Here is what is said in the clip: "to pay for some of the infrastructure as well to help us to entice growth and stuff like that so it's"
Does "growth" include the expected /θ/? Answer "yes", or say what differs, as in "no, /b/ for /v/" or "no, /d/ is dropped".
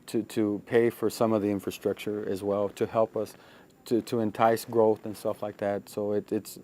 yes